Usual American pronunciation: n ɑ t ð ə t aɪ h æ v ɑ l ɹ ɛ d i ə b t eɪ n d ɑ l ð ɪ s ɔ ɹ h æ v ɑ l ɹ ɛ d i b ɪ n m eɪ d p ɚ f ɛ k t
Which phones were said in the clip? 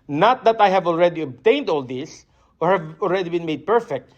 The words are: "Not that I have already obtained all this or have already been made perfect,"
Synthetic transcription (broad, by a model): n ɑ t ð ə t aɪ h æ v ɑ l ɹ ɛ d i ə b t eɪ n d ɑ l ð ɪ s ɔ ɹ h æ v ɑ l ɹ ɛ d i b ɪ n m eɪ d p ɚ f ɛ k t